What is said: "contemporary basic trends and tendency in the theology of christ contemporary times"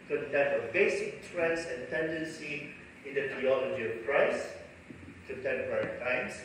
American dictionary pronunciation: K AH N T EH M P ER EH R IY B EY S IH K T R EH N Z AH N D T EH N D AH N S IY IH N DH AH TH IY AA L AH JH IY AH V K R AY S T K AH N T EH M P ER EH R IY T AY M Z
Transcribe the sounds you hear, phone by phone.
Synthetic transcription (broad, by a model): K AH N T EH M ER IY B EY S IH K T R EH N S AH N T EH N D AH N S IY IH N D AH T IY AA L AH JH IY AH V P R AY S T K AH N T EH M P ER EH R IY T AY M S